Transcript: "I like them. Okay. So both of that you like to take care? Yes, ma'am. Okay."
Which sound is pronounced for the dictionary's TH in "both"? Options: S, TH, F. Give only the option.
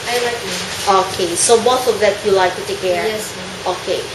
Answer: S